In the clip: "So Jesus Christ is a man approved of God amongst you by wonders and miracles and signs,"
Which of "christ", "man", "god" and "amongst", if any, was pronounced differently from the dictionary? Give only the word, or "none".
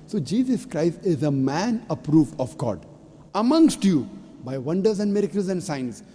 none